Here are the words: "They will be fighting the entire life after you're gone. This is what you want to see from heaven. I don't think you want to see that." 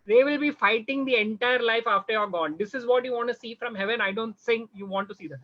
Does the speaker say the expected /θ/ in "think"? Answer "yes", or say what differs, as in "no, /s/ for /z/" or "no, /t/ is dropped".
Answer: no, /s/ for /θ/